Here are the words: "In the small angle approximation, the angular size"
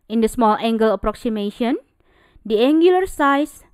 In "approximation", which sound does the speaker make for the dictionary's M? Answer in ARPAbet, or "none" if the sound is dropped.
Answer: M